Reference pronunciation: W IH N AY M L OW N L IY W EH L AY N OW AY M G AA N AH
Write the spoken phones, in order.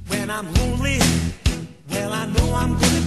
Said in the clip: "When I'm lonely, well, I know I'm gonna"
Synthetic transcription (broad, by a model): W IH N AY M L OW L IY W EH L AY N OW AY M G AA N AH